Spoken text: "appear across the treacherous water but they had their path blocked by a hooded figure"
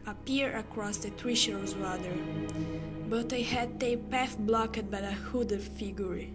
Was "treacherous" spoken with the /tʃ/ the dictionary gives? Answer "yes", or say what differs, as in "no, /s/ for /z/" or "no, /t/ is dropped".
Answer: no, /ʃ/ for /tʃ/